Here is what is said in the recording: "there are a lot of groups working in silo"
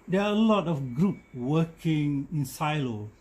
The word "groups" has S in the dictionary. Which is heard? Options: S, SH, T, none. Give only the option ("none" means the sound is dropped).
none